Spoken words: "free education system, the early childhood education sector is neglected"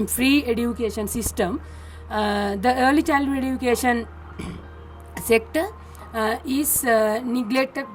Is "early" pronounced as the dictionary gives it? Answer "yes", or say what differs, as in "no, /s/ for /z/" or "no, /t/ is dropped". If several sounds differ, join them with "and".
yes